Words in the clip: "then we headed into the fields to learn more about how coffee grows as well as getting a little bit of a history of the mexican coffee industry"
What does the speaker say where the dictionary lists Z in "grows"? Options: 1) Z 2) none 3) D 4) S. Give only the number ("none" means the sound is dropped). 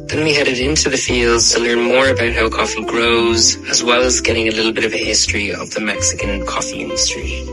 1